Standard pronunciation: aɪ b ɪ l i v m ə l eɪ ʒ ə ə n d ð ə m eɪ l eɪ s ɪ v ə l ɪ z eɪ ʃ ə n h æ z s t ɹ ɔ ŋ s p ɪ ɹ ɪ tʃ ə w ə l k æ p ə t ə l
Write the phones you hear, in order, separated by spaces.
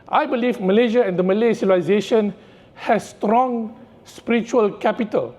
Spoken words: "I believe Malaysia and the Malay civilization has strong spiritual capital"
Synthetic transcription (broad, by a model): aɪ b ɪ l i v m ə l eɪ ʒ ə ə n d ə m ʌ l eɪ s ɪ ə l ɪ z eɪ ʃ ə n h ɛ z s t ɹ ɔ ŋ s p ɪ ɹ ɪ tʃ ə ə l k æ p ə t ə l